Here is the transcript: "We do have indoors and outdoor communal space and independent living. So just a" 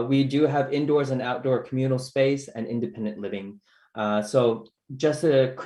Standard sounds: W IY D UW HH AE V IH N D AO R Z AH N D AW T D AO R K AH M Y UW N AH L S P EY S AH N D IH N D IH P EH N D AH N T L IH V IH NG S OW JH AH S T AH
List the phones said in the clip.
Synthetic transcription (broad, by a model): W IY D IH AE V IH N D AO R Z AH N AW T D AO R K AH M Y UW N L S P EY S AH N IH N D IH P EH N D AH N T L IH V IH NG S OW JH AH S T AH